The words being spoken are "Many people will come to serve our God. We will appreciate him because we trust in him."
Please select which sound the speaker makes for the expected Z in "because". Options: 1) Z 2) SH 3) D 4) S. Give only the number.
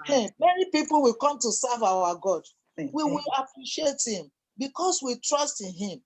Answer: 4